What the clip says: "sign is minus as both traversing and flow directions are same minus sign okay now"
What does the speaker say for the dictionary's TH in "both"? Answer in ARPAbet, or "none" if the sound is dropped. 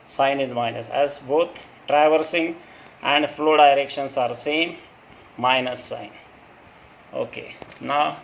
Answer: T